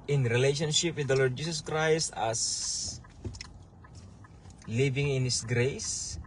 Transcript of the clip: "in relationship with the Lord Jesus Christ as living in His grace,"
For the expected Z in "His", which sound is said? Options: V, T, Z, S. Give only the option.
S